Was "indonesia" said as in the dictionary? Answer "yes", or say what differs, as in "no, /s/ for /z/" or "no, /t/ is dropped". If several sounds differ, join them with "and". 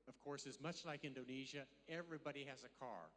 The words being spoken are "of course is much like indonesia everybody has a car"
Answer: yes